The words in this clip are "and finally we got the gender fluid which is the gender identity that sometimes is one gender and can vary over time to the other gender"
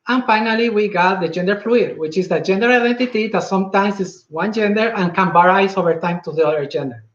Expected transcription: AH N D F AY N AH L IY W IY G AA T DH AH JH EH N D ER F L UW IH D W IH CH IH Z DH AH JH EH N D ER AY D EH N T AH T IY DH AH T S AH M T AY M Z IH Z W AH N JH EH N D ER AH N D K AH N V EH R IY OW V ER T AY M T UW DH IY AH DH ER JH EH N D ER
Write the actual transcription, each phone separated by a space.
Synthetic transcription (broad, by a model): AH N F AY N AH L IY W IY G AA T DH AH JH EH N D ER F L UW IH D W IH CH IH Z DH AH JH EH N D ER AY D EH N T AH T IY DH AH T S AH M T AY M S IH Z W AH N JH EH N D ER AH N K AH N B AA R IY OW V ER T AY M T UW DH IY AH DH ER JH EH N D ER